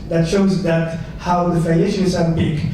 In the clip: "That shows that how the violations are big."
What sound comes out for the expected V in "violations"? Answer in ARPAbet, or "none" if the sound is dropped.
F